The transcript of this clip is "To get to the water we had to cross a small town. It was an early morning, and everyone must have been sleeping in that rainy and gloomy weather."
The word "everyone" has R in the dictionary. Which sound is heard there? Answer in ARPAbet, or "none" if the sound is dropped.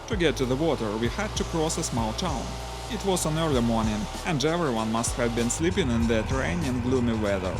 R